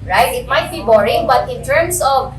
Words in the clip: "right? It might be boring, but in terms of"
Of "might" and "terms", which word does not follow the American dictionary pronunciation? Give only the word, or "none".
terms